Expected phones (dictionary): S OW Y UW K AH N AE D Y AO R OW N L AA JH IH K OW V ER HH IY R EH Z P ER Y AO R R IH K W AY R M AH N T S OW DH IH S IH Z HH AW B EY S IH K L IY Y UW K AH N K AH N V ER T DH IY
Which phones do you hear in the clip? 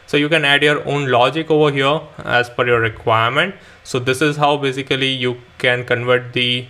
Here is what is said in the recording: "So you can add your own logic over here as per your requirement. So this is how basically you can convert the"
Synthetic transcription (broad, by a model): S OW Y UW K AH N AE D Y AO R OW N L AA JH IH K OW V ER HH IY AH EH Z F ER Y AO R R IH K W AY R M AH N T S OW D IH S IH Z HH AW B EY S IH K L IY Y UW K AH N K AH N V ER T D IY